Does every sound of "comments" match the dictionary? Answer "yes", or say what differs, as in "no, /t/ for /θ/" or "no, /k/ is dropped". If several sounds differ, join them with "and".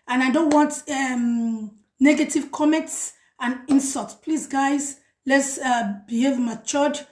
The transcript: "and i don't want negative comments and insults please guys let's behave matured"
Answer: yes